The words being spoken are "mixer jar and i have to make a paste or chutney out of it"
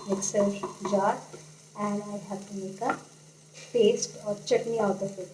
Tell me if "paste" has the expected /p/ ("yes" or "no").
no